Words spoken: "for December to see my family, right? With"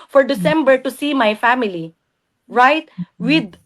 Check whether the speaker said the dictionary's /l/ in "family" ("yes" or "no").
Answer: yes